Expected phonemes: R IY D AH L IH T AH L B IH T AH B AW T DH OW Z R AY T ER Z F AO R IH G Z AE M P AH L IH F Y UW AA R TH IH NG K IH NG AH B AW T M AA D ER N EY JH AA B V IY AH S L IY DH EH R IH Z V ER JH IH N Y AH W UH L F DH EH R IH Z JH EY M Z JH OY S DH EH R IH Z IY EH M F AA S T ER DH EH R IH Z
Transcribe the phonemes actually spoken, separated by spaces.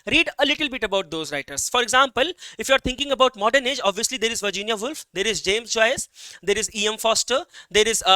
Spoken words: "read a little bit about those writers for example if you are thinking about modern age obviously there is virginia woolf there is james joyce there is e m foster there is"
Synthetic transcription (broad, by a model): R IY D AH L IH T AH L B IH T AH B AW T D OW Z R AY T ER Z F AO R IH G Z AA M P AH L IH F Y UW AA R T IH NG K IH NG AH B AW T M AA D ER N EY JH AA B V IY AH S L IY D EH R IH Z V ER JH IH N Y AH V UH L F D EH R IH Z JH EY M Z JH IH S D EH R IH Z IY EH M F AA S T ER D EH R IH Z